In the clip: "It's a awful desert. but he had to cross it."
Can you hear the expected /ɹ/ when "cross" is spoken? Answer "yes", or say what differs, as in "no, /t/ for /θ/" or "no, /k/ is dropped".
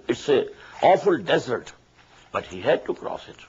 yes